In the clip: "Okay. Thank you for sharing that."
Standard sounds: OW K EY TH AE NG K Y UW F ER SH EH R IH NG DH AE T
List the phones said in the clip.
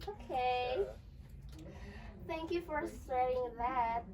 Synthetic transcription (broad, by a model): OW K EY TH AE NG K Y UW F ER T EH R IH NG DH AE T